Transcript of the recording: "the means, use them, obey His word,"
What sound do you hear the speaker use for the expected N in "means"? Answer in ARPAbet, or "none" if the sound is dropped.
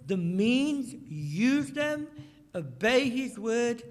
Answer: N